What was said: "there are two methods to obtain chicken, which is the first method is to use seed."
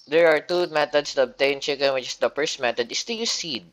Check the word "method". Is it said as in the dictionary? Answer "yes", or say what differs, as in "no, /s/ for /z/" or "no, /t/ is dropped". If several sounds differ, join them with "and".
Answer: no, /t/ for /θ/